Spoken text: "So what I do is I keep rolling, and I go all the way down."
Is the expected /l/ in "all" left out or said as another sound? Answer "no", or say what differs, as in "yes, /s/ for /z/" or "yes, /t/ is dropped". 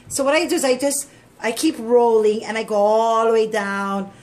no